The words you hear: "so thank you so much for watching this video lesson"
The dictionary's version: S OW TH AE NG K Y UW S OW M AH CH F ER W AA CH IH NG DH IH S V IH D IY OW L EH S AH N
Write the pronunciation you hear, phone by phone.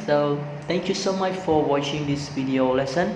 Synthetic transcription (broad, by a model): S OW T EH NG K Y UW S OW M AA CH F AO W AA CH IH NG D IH S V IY D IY OW L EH S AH N